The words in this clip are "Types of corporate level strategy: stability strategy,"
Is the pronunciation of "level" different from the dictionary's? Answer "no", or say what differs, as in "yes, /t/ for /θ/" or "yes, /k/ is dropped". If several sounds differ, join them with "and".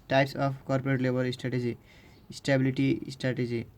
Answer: yes, /b/ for /v/